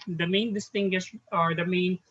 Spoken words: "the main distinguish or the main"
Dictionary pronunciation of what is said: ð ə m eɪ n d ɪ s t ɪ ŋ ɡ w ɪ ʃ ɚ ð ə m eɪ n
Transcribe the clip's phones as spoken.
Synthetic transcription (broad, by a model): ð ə m eɪ n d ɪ s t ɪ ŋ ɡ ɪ s ɚ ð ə m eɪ n